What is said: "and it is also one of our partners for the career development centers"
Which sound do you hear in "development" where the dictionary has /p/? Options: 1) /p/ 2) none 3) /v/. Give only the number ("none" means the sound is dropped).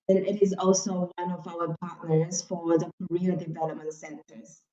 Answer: 2